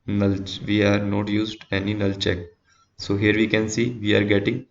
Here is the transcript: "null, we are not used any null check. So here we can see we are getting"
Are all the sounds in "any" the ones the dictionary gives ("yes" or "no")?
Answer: yes